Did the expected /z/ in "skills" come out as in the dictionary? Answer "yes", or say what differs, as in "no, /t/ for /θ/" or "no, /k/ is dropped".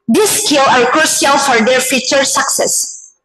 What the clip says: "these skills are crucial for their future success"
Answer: no, /z/ is dropped